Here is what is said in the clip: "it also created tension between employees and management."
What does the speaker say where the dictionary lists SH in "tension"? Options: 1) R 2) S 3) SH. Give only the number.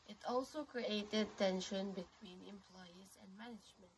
3